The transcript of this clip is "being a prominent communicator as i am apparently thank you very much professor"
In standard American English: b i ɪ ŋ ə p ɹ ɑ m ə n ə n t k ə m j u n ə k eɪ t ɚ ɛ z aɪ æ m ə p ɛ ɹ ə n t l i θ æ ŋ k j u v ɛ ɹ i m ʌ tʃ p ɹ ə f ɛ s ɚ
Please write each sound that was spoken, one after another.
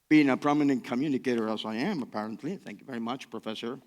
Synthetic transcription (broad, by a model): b i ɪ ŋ ə p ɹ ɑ m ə n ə n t k ə m j u n ə k eɪ t ɚ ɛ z aɪ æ m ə p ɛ ɹ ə n t l i θ æ ŋ k j u v ɛ ɹ i m ʌ tʃ p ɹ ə f ɛ s ɚ